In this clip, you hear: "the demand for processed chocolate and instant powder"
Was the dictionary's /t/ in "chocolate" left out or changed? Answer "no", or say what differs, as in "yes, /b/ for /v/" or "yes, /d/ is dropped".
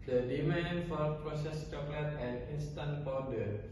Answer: no